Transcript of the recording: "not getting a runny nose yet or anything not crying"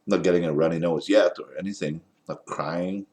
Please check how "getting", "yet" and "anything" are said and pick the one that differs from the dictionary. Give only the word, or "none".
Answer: none